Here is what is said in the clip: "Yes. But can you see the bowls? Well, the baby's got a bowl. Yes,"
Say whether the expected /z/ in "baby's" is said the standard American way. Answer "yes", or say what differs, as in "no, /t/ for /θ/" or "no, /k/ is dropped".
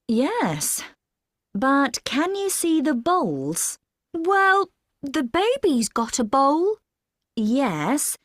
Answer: yes